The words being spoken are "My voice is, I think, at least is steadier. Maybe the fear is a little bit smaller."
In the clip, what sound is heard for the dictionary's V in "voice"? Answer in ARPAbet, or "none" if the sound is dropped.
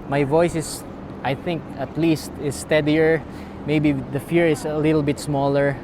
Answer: V